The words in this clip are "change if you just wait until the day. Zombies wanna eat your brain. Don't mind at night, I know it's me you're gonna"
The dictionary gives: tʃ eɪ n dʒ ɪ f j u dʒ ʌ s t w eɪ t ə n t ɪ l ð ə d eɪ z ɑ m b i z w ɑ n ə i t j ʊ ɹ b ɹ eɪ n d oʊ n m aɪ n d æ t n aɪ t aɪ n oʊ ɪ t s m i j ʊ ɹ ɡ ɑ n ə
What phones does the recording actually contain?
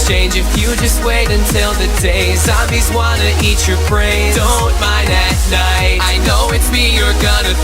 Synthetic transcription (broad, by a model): tʃ eɪ n dʒ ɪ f j u dʒ ʌ s t w eɪ t ə n t ɪ l ð ə d eɪ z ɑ b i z w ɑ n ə i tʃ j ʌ ɹ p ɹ eɪ d oʊ n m aɪ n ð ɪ t n aɪ t aɪ n oʊ ɪ t s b i j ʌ ɹ ɡ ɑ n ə